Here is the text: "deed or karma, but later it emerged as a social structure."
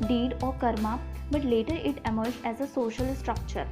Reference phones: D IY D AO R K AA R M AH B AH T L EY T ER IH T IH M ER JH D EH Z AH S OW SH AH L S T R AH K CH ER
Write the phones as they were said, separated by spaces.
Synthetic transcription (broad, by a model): D IY D AO R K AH R M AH B AH T L EY T ER IH T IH M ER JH EH Z AH S OW SH AH L S T R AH K CH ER